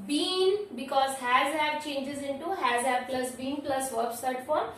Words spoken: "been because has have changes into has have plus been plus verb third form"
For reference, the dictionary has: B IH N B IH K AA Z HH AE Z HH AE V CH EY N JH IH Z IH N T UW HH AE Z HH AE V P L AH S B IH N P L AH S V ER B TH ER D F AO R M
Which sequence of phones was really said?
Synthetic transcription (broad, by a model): B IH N B IH K AA Z HH AE Z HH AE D CH EY N JH IH Z IH N T UW HH AE Z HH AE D P L AH S B IH N P L AH S V ER B S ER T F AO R